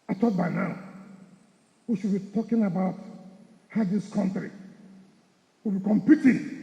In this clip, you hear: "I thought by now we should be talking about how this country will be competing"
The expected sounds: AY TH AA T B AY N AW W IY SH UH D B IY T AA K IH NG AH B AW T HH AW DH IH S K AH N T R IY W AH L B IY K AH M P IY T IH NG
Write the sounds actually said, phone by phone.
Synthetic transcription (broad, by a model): AY T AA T B AY N AW W IY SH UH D B IY T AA K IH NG AH B AW T HH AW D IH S K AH N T R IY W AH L B IY K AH M P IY T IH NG